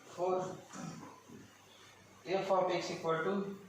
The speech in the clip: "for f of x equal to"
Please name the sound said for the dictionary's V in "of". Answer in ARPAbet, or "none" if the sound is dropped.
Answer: P